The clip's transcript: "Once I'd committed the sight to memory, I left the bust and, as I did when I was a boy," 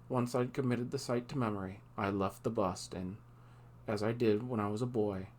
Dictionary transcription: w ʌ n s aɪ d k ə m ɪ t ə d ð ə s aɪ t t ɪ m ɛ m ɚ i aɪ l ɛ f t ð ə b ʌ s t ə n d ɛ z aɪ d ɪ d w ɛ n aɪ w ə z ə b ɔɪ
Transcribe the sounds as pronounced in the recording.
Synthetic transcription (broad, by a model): w ʌ n s aɪ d k ə m ɪ t ə d ð ə s aɪ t t ɪ m ɛ m ɚ i aɪ l ɛ f t ð ə b ʌ s t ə n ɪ z aɪ d ɪ d w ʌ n aɪ w ə z ə b ɔɪ